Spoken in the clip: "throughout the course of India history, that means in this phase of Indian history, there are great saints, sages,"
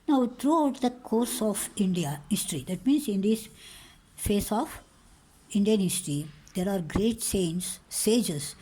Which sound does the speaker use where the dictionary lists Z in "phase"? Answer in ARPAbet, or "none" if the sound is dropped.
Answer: S